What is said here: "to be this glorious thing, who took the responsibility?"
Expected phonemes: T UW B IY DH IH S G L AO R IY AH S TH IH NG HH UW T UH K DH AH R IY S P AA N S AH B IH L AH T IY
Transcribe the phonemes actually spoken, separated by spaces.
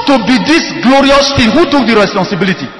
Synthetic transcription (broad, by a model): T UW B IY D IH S G L AO R IY AH S F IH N HH UW T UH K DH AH R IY S P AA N S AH B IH L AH T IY